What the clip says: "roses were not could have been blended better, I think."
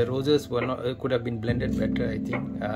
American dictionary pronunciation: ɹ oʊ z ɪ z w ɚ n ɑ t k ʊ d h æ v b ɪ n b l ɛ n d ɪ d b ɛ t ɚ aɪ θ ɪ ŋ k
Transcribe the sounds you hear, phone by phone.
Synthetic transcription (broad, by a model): ɹ oʊ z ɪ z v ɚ n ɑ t k ʊ d h æ v b ɪ n b l ɛ n d ɪ d b ɛ t ɚ aɪ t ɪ ŋ k